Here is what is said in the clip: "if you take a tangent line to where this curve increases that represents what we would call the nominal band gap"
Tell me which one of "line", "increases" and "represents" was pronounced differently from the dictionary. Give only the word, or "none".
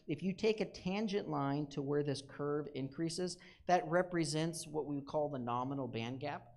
none